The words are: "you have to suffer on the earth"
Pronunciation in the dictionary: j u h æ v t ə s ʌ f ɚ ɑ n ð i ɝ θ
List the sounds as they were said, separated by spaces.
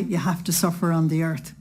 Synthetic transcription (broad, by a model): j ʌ h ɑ f t ə s ʌ f ɚ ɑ n ð i ɝ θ